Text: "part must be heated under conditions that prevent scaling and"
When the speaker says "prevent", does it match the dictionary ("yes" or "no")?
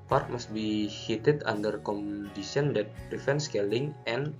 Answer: no